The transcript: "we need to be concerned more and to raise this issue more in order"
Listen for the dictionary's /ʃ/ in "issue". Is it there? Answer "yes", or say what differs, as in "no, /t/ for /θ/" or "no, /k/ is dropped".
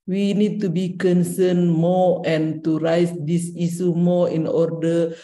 no, /s/ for /ʃ/